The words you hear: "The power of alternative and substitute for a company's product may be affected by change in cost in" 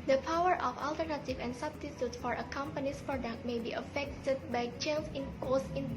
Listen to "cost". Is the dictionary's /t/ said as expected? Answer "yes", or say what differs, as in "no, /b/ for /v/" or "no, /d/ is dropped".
no, /t/ is dropped